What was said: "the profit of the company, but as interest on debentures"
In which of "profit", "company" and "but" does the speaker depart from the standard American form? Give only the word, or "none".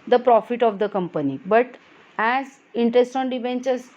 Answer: none